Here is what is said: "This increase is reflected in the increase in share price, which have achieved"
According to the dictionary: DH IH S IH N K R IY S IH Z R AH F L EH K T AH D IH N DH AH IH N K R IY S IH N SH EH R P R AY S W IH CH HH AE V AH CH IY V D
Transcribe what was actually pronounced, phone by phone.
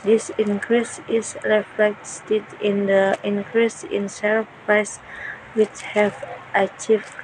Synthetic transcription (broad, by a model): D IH S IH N K R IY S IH S R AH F L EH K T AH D IH N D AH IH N K R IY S IH N S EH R P R AY S W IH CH HH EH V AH CH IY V